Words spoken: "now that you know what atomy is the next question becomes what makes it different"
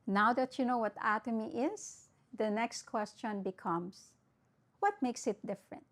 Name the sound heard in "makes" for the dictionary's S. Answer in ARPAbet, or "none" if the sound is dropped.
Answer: S